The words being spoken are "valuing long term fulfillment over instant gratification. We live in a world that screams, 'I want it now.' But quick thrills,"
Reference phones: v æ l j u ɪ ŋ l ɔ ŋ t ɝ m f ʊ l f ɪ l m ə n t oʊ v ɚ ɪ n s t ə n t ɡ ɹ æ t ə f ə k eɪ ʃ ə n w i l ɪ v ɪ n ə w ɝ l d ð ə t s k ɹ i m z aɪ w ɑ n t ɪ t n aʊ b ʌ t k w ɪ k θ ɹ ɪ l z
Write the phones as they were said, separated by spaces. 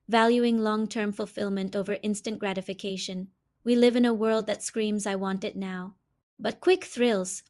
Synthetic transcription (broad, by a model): v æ l j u ɪ ŋ l ɔ ŋ t ɝ m f ʊ l f ɪ l m ə n t oʊ v ɚ ɪ n s t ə n ɡ ɹ æ t ə f ə k eɪ ʃ ə n w i l ɪ v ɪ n ə w ɝ l d ð ə t s k ɹ i m z aɪ w ɑ n t ɪ t n aʊ b ʌ t k w ɪ k θ ɹ ɪ l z